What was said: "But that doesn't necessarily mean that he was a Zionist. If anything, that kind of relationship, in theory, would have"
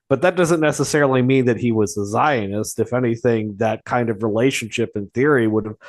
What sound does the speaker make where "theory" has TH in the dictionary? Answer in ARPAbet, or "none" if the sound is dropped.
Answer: TH